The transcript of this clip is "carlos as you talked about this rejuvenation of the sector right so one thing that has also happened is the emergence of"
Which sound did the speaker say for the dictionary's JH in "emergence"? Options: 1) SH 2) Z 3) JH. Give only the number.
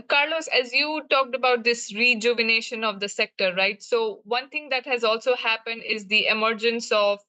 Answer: 3